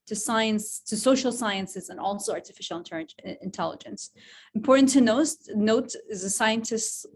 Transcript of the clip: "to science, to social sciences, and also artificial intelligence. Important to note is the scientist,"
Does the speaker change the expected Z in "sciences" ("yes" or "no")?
no